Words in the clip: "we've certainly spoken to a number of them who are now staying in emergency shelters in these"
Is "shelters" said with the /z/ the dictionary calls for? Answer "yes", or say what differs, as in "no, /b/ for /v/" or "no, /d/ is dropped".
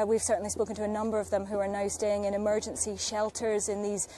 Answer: yes